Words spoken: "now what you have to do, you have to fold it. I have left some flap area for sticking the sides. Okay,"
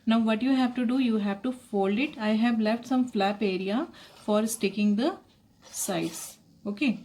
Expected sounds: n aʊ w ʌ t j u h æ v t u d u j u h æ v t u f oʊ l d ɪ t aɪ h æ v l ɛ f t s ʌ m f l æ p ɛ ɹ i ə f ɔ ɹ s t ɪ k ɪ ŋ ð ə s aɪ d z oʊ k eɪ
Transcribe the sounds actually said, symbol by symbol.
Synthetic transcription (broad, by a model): n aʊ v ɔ t j u h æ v t u d u j u h æ v t u f oʊ l d ɪ t aɪ h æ v l ɛ f t s ʌ m f l æ p ɛ ɹ i ə f ɔ ɹ s t ɪ k ɪ ŋ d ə s aɪ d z oʊ k eɪ